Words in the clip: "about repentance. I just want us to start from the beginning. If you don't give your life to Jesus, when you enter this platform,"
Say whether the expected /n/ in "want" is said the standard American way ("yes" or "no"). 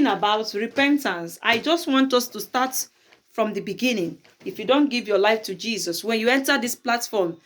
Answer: yes